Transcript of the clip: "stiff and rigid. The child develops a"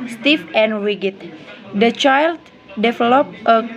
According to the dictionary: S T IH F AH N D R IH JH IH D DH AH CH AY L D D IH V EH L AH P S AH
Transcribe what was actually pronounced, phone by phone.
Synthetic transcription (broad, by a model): S T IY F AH N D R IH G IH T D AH CH AY L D D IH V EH L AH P AH